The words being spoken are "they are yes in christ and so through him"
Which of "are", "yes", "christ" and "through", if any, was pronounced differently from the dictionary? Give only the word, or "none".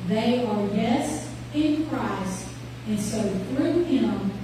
none